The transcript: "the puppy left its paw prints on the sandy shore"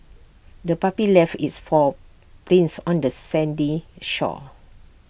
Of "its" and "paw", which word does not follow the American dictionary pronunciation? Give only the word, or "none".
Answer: paw